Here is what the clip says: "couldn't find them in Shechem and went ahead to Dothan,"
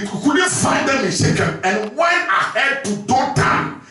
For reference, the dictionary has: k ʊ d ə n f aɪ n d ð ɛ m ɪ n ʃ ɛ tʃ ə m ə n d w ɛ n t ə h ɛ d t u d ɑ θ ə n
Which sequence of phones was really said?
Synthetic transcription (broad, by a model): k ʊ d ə f aɪ n d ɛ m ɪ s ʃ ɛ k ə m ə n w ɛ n ə h ɛ d t u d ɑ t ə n